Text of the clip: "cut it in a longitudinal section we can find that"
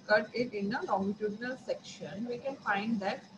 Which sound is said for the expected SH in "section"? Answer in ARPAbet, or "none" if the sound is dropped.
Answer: SH